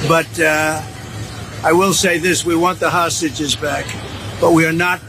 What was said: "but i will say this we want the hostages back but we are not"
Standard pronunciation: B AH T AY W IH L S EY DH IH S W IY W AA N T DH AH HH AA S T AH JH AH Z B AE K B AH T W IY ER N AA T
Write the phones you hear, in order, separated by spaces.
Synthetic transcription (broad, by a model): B AH T AY W IH L S EY DH IH S W IY W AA N DH AH HH AA S T AH JH AH Z B AE K B AH T W IY ER N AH T